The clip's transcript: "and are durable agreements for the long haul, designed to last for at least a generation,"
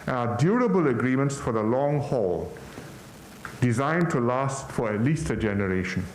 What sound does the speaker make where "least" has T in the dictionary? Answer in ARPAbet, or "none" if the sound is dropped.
T